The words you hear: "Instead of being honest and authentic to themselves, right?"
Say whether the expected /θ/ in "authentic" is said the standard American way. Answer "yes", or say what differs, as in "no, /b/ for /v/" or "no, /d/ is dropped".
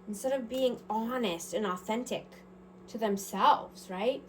yes